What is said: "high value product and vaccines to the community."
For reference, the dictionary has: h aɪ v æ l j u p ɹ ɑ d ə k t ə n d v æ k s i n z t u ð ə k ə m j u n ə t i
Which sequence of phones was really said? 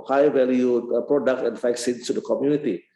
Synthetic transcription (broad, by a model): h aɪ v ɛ l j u p ɹ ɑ d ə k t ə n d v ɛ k s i n s t u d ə k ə m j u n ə t i